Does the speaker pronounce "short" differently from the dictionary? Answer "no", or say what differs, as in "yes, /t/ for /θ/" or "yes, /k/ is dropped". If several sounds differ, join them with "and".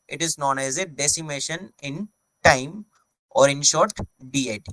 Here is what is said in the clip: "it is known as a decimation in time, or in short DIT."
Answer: no